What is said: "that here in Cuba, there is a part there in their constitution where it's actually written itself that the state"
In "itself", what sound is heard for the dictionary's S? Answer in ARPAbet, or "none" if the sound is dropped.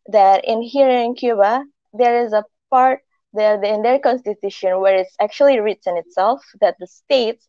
S